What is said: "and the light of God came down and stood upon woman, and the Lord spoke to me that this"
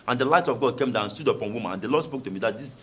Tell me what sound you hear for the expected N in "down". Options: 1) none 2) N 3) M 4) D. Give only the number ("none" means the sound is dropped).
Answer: 1